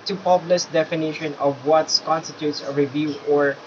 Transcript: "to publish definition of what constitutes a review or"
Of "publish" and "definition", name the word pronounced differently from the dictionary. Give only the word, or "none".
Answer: publish